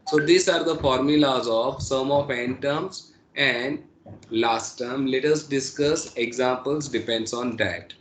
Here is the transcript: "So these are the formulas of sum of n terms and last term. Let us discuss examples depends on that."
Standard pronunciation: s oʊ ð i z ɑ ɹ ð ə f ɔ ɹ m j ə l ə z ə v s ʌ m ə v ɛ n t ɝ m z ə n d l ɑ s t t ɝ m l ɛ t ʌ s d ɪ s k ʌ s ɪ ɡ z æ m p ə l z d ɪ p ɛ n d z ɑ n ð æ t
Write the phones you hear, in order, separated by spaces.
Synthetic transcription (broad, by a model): s oʊ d i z ɑ ɹ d ə f ɔ ɹ m j ə l ə z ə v s ʌ m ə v ɛ n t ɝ m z ə n d l ɑ s t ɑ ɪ m l ɛ t ʌ s d ɪ s k ʌ s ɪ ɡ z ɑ m p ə l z d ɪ p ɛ n d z ɑ n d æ t